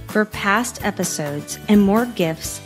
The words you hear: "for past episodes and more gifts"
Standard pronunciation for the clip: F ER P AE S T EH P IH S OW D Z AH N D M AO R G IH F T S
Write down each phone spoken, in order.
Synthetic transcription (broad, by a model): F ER P AE S T EH P IH S OW D Z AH N M AO R G IH F T S